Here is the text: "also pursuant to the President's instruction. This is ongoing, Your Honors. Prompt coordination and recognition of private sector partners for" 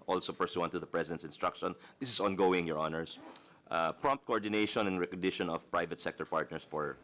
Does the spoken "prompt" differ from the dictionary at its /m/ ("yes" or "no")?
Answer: no